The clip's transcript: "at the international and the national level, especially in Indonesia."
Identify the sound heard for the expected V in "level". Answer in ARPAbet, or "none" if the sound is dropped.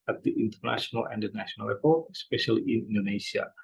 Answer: P